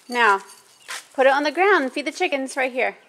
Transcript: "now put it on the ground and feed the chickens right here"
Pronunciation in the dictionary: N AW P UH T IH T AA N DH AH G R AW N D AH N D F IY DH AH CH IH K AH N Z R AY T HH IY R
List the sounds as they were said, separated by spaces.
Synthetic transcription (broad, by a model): N AW P UH T IH T N DH AH G R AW AH N D F IY DH AH CH IH K AH N Z R AY T HH IY R